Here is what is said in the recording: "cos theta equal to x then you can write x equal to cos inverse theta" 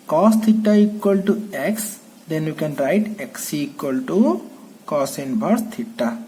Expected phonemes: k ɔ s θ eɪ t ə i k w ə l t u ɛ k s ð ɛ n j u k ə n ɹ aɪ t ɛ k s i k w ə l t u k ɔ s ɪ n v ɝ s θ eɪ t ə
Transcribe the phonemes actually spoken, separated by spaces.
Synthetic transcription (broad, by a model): k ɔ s t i t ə i k w ə l t u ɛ k s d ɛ n j u k ə n ɹ aɪ t ɛ k s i k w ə l t u k ɔ s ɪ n b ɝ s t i t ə